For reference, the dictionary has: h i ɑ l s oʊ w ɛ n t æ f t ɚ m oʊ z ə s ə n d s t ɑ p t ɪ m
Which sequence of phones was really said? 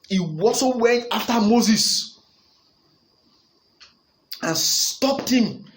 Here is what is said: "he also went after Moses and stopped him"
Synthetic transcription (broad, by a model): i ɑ s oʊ w ɛ n t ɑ f t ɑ m oʊ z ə s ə n s t ɑ p t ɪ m